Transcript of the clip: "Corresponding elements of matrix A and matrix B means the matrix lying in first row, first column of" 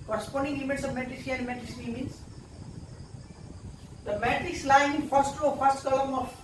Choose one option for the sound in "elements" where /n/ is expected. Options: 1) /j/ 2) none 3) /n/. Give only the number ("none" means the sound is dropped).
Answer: 2